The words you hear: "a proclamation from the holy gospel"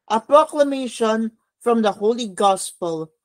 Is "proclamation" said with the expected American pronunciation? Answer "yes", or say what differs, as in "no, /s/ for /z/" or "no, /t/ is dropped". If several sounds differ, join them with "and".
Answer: yes